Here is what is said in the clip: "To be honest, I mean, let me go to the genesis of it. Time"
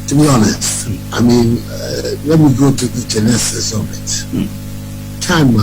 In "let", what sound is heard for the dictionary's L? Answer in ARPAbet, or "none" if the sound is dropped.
W